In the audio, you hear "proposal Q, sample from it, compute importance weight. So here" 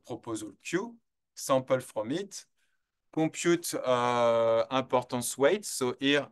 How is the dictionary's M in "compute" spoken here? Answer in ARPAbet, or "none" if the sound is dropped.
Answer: none